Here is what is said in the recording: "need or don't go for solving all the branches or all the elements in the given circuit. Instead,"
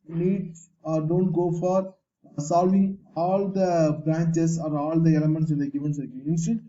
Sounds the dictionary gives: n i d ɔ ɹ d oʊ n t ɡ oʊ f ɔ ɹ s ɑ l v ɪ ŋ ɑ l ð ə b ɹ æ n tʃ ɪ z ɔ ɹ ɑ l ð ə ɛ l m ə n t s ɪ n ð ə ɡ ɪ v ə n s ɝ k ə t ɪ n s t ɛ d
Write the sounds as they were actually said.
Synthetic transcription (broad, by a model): n i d ɔ ɹ d oʊ n t ɡ oʊ f ɔ ɹ s ɑ l v ɪ ŋ ɑ l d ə b ɹ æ n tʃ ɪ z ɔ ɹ ɑ l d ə ɛ l m ə n t s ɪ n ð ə ɡ ɪ v ə n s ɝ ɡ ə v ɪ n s